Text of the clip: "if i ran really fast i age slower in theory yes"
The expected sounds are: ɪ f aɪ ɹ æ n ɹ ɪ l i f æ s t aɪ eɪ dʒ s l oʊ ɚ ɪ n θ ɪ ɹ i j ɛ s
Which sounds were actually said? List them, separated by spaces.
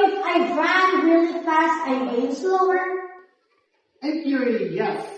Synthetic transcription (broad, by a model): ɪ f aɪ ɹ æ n ɹ ɪ l i f æ s t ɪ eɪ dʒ s l oʊ ɚ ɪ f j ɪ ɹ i j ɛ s